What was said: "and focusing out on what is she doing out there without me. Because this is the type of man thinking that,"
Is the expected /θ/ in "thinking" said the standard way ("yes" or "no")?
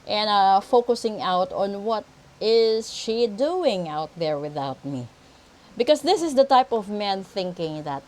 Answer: yes